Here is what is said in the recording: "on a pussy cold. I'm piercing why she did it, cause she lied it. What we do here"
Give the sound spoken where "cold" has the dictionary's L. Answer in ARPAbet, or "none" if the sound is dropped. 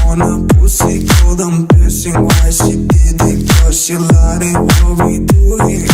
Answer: none